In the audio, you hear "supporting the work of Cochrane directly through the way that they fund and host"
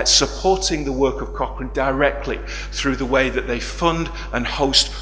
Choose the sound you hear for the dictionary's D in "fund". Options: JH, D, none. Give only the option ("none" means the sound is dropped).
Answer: D